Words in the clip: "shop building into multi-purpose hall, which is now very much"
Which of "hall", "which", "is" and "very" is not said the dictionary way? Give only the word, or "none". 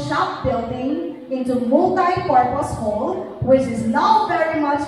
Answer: none